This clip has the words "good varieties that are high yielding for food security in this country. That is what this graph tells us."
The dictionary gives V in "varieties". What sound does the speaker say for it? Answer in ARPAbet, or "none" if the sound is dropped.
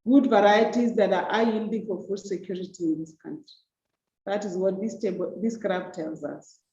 V